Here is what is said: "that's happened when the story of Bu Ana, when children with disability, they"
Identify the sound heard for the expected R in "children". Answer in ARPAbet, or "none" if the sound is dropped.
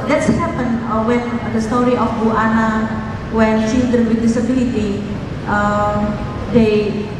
none